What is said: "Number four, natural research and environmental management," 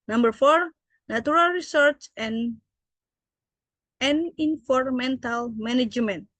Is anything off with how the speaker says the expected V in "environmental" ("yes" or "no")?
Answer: yes